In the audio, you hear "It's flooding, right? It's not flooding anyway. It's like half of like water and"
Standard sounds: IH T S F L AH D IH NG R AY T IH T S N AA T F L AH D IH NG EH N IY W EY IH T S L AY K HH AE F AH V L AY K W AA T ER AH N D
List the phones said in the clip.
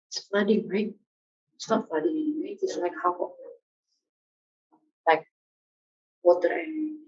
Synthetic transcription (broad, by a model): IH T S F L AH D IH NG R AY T IH T S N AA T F L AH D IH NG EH IY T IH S L AY K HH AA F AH L AY K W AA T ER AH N